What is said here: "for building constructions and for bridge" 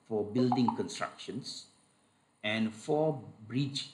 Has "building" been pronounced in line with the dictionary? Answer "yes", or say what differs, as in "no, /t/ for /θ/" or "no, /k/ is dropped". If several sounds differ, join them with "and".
yes